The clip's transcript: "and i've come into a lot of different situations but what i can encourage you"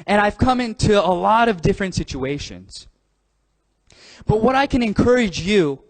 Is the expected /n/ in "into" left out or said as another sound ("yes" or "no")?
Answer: no